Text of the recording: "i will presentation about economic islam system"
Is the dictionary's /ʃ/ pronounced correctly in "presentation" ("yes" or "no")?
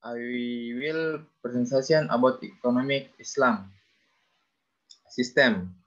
no